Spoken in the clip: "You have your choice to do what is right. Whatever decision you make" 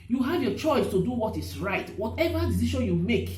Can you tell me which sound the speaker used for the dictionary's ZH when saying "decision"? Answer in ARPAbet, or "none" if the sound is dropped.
SH